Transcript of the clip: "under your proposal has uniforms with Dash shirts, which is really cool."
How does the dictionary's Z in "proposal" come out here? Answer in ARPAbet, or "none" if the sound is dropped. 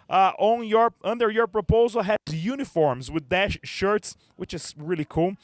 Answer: Z